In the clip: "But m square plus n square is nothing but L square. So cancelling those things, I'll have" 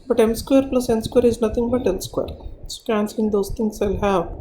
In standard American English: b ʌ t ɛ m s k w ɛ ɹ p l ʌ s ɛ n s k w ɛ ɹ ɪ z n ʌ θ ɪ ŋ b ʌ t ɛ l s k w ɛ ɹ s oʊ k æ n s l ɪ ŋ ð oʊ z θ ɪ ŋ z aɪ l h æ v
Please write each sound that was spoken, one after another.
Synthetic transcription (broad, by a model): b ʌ t ɛ m s k w ɛ ɹ p l ʌ s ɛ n s k w ɛ ɹ ɪ z n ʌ t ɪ ŋ b ʌ t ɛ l s k w ɛ ɹ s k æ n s ɪ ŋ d oʊ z t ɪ ŋ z aɪ l h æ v